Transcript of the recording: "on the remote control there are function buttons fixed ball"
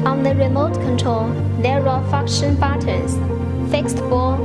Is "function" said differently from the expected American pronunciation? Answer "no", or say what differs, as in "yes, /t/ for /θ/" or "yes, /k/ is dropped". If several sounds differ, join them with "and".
yes, /ŋ/ is dropped